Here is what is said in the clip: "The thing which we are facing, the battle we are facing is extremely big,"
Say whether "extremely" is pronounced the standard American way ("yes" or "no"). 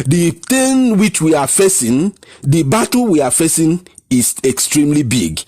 yes